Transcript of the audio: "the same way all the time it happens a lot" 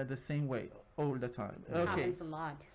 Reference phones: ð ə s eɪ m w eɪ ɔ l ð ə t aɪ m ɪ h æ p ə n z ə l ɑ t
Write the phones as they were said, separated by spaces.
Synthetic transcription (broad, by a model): ð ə s eɪ m w eɪ ɔ l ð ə t aɪ m ɪ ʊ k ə z ə l ɑ t